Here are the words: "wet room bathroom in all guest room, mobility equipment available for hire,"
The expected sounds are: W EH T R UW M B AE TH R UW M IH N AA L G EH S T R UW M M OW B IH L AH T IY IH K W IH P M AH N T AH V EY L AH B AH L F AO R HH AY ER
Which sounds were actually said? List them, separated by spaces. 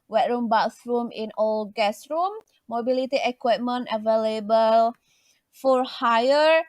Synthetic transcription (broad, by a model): W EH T R UW M B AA S R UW M IH N AA L G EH S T R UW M M OW B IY L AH T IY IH K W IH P M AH N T AH V EY L AH B AH L F AO R HH AY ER